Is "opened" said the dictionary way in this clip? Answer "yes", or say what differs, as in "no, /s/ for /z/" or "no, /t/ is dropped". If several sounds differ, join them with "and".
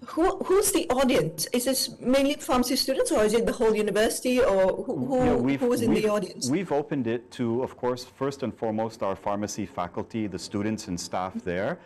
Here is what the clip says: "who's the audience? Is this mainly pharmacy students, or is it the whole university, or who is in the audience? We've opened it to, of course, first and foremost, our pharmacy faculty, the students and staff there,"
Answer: yes